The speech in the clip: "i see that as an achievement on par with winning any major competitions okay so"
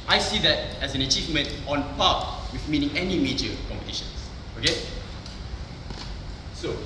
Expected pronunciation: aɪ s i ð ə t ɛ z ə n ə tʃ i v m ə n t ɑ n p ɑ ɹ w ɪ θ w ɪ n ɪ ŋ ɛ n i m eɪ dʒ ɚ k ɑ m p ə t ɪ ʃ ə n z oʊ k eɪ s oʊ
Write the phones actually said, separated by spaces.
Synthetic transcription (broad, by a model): aɪ s i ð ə t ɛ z ə n ə tʃ i v m ə n t ɑ n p ɑ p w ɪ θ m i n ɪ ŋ ɛ n i m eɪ dʒ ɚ k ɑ m p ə t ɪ ʃ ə n s oʊ k eɪ s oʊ